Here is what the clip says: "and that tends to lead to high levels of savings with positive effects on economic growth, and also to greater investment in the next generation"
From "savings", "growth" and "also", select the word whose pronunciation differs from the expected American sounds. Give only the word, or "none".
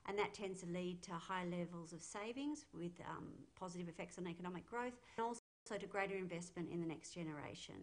none